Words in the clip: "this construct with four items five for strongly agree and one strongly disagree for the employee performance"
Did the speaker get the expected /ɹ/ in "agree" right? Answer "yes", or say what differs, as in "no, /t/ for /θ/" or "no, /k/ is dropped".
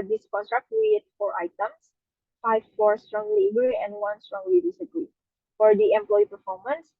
no, /ɹ/ is dropped